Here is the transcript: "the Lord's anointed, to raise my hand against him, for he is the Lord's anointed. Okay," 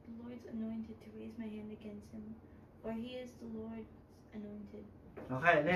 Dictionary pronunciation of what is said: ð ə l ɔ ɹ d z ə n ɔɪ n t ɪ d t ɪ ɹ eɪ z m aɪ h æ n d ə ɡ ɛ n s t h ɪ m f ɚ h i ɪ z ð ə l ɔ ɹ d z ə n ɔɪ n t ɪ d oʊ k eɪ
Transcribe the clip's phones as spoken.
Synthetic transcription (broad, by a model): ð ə l ɔ ɹ d z ə n ɔɪ n t ɪ d t ɪ ɹ eɪ z m aɪ h æ n d ə ɡ ɛ n s t h ɪ m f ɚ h i ɪ z ð ə l ɔ ɹ d z ə n ɔɪ n t ɪ d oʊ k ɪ